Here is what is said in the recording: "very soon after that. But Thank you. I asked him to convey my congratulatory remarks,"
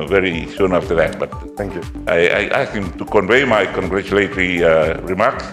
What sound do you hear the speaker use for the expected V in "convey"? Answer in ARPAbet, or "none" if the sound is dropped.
V